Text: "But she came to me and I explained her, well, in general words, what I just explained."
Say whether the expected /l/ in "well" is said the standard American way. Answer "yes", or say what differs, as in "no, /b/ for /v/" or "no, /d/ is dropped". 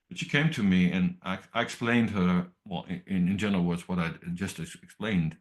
no, /n/ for /l/